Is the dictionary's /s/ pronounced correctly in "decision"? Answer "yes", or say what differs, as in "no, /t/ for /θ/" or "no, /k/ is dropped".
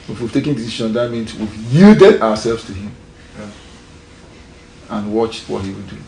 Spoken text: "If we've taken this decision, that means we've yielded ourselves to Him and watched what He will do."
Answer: no, /ʃ/ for /s/